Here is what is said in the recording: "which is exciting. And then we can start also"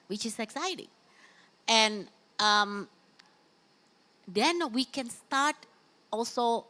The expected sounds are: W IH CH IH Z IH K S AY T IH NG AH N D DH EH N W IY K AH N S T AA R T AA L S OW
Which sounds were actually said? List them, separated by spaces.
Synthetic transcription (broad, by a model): W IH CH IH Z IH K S AY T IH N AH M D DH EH N W IY K AH N S T AA R T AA L S OW